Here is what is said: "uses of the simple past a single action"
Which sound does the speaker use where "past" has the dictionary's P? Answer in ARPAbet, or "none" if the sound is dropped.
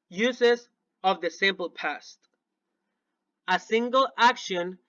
P